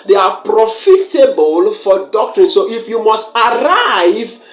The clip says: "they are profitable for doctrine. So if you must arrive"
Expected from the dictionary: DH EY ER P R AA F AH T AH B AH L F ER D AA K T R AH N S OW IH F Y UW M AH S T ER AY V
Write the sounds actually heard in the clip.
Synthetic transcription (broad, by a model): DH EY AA P R AA F AH T AH B AH L F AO D AA K T R AH N S OW IH F Y UW M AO S T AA AY V